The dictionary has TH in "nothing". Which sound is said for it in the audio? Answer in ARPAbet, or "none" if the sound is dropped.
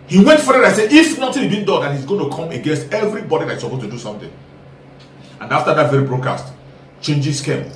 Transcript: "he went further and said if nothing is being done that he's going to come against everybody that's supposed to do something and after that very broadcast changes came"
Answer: T